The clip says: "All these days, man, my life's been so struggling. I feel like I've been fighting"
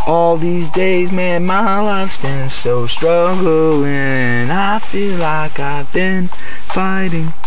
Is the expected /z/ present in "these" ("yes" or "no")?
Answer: yes